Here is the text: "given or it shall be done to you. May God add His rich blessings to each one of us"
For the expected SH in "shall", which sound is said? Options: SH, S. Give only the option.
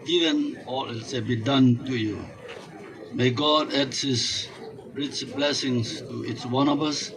S